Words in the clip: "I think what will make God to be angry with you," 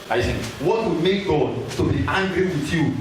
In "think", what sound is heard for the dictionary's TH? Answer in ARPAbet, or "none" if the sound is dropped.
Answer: S